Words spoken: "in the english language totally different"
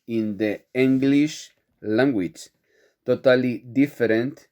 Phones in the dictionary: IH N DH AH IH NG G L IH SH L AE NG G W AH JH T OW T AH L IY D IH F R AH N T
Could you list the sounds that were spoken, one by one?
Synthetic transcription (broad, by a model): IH N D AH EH NG G L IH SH L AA NG G W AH CH T OW T AH L IY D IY F R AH N T